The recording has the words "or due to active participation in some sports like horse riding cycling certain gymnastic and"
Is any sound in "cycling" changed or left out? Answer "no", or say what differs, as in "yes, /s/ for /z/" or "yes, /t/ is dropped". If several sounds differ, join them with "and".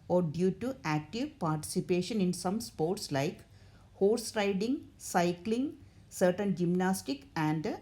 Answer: no